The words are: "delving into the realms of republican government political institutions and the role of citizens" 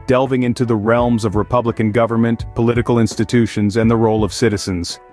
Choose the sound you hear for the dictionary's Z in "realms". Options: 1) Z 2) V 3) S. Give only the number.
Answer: 1